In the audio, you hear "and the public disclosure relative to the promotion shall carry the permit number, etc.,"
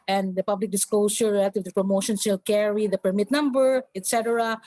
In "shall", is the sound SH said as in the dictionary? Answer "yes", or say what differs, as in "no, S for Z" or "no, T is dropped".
no, S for SH